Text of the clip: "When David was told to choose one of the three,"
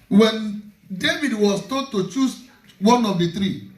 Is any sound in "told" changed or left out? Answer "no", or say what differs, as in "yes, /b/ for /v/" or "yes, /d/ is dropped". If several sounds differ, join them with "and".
yes, /l/ is dropped